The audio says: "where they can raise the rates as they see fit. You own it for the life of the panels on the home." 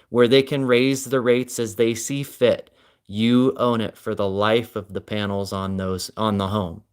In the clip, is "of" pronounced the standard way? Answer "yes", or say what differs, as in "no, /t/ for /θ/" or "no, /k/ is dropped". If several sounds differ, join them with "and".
yes